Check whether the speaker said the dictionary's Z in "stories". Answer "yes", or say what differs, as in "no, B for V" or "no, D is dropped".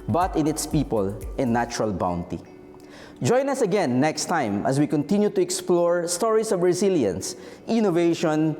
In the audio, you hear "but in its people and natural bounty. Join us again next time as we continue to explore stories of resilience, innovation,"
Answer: no, S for Z